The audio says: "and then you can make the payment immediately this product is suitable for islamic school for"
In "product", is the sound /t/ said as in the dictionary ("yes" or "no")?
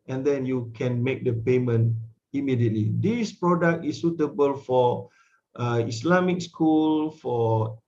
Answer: yes